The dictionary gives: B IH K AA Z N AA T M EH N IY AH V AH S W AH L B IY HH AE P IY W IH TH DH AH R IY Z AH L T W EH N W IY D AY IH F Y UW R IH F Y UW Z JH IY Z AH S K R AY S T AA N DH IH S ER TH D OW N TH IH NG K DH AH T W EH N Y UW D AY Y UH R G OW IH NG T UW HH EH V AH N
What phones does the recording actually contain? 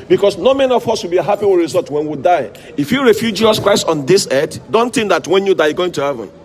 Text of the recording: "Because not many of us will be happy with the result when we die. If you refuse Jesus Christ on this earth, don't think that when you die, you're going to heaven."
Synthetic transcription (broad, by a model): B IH K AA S N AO M EH N IY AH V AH S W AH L B IY HH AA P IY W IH R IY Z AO L T W EH N W IY D AY IH F Y UW R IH F Y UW JH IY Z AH S K R AY S T AA N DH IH S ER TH D OW N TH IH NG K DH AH T W EH N Y UW D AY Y G OW IH NG T UW HH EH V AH N